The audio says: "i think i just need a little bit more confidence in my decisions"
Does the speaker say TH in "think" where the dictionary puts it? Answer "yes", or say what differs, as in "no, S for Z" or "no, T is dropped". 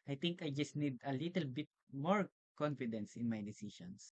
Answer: no, T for TH